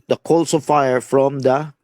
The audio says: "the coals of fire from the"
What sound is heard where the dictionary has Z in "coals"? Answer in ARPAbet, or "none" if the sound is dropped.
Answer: S